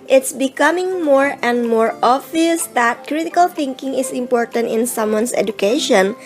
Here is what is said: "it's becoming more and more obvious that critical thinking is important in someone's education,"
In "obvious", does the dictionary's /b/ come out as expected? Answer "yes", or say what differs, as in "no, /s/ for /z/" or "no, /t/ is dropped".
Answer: no, /b/ is dropped